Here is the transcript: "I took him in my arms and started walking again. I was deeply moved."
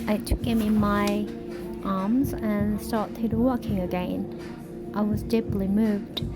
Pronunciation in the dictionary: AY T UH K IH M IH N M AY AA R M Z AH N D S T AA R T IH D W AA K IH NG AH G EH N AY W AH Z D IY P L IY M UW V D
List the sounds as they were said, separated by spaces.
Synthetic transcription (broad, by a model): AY T UH K IH M IH N M AY AA R M Z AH N S T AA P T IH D W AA K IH NG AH G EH N AY W AH Z D IY P L IY M UW V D